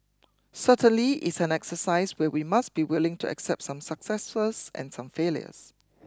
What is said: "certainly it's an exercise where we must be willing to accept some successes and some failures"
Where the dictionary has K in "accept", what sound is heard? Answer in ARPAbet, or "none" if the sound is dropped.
K